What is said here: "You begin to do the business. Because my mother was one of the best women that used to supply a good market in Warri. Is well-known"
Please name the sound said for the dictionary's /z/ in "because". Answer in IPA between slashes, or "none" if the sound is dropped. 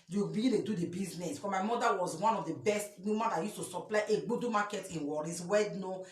none